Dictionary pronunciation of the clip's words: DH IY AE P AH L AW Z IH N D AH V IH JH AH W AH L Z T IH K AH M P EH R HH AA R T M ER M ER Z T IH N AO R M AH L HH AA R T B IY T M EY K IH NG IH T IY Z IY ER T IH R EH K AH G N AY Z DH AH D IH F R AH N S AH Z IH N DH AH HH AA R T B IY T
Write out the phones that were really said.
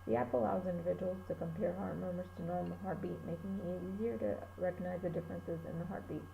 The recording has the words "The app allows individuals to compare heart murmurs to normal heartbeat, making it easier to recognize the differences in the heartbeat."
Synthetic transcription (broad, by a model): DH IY AE P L AW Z IH N D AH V IH JH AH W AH L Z T IH K AH M P EH R HH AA R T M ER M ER S T IH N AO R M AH HH AA R T B IY T M EY K IH NG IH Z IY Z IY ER T IH R EH K AH G N AY Z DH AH D IH F R AH N S AH Z IH N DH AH HH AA R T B IY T